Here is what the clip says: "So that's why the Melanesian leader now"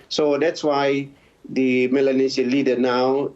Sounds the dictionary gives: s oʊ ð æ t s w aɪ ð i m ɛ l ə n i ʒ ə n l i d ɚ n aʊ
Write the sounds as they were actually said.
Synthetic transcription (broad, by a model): s oʊ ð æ t s w aɪ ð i m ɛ l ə n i s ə l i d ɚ n aʊ